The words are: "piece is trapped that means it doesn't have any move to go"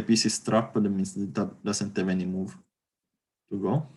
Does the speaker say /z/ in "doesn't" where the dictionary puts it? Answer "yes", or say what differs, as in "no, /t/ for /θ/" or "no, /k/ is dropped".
no, /s/ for /z/